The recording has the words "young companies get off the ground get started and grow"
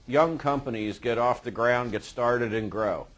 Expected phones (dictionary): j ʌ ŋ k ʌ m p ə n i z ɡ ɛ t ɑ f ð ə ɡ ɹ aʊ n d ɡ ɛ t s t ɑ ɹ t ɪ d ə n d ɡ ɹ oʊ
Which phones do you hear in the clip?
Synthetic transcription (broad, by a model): j ʌ ŋ k ʌ m p ə n i z ɡ ɛ t ɑ f ð ə ɡ ɹ aʊ n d ɡ ɛ t s t ɑ ɹ t ɪ d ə n ɡ ɹ oʊ